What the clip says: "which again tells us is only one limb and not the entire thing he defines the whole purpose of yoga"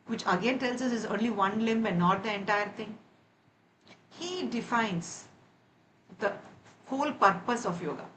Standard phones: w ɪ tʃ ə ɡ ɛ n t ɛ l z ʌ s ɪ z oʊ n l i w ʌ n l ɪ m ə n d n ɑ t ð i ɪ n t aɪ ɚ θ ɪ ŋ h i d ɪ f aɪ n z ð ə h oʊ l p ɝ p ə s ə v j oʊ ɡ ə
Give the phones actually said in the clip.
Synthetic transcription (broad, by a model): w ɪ tʃ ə ɡ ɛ n t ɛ l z ʌ s ɪ z oʊ n l i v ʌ n l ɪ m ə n n ɑ t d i ɪ n t aɪ ɚ t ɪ ŋ h i d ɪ f aɪ n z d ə h oʊ l p ɝ p ə s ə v j oʊ ɡ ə